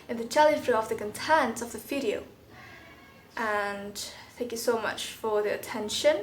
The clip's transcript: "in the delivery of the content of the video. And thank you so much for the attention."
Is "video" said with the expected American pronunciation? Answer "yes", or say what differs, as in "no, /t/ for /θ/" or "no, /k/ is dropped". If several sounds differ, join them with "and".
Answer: no, /f/ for /v/